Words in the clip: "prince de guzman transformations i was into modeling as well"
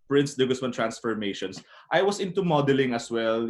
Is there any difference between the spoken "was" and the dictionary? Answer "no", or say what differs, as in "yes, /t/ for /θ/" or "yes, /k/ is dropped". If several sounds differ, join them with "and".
yes, /s/ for /z/